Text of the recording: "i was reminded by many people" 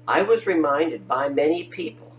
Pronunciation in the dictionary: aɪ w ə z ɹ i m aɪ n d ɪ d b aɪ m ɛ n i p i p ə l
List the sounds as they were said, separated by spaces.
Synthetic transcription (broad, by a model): aɪ w ə z ɹ i m aɪ n d ɪ d b aɪ m ɛ n i p i p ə l